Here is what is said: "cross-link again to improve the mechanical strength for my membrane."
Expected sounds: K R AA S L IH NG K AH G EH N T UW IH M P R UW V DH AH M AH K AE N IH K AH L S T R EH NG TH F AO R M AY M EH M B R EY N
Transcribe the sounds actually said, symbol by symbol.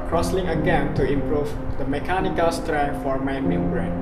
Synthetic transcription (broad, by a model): K R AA S L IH NG AH G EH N T UW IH M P R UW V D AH M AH K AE N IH K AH L S T R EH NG F AO R M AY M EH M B R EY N